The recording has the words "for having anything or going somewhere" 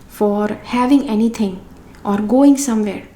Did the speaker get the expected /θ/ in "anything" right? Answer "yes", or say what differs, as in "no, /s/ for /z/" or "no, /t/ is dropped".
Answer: no, /t/ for /θ/